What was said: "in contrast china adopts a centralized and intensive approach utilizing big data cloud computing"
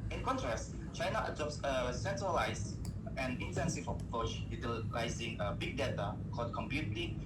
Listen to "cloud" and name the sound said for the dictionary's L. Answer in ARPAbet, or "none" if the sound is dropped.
none